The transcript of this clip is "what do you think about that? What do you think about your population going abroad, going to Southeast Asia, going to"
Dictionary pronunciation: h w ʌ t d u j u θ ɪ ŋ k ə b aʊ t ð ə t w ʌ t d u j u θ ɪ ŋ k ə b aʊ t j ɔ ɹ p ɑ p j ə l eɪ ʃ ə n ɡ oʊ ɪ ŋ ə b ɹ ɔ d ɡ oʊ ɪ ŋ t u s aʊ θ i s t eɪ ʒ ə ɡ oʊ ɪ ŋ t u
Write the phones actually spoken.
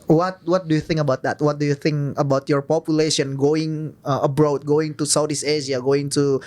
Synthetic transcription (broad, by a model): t w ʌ t d u j u θ ɪ ŋ k ə b aʊ t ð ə t w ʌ t d u j u θ ɪ ŋ k ə b aʊ t j ɔ ɹ p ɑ p j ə l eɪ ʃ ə n ɡ oʊ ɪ ŋ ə b ɹ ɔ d ɡ oʊ ɪ ŋ t u s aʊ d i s eɪ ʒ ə ɡ oʊ ɪ ŋ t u